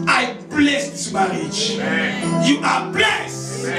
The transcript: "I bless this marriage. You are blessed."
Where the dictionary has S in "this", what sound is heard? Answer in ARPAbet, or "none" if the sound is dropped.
none